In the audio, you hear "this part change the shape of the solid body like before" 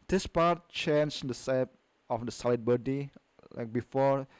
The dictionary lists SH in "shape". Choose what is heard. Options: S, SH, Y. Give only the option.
S